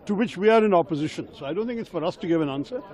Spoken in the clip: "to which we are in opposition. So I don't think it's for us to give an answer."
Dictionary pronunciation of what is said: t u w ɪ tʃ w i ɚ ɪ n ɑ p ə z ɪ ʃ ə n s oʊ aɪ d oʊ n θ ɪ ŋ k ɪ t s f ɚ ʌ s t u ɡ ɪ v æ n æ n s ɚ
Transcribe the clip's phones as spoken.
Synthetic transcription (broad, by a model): t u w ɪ tʃ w i ɚ ɪ n ɑ p ə z ɪ ʃ ə n s oʊ aɪ d oʊ n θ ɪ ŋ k ɪ t s f ɚ ʌ s t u ɡ ɪ v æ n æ n s ɚ